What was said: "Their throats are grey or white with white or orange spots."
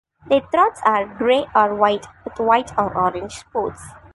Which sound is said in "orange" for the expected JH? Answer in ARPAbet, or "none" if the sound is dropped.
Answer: JH